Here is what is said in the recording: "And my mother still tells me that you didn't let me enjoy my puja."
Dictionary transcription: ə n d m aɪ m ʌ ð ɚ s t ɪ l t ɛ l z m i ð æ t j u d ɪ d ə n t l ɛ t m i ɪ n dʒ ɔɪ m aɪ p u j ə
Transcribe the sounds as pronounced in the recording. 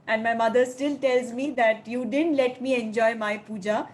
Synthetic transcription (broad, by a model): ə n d m aɪ m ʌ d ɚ s t ɪ l t ɛ l z m i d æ t j u d ɪ d ə n t l ɛ t m i ɪ n dʒ ɔɪ m aɪ p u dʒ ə